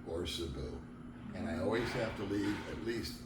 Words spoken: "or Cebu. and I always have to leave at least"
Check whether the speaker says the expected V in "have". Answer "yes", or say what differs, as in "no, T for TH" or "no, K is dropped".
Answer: no, F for V